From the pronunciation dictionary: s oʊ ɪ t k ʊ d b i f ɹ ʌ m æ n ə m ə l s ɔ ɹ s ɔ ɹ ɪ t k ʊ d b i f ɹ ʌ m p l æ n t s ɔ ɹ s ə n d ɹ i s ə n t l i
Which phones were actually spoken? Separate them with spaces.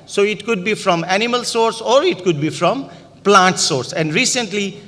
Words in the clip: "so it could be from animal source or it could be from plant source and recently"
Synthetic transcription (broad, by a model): s oʊ ɪ t k ʊ d b i f ɹ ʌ m æ n ə m ə l s ɔ ɹ s ɔ ɹ ɪ t k ʊ d b i f ɹ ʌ m p l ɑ n t s ɔ ɹ s ə n d ɹ i s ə n t l i